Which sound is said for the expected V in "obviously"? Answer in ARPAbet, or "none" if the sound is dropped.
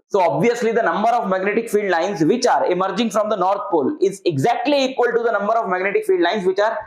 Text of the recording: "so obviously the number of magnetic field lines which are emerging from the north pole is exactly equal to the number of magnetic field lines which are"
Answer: V